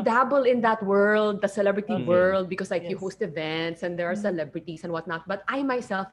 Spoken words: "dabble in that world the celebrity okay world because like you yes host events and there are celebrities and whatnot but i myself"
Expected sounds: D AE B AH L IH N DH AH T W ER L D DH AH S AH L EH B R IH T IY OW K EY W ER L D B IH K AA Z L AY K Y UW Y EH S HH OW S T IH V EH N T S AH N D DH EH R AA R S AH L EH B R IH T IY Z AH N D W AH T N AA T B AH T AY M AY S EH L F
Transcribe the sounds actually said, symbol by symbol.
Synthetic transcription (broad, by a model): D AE B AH L IH N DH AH T W ER L D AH S AH L EH B R IH T IY W ER L D B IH K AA S L AY K Y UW HH OW S T IH V EH N T S AH N D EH R AA R S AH L EH B R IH T IY S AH N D W AH T N AA T B AH T AY M AY S EH L F